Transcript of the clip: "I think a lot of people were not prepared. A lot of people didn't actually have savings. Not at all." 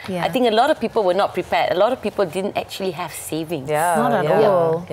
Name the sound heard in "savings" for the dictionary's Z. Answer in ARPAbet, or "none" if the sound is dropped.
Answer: none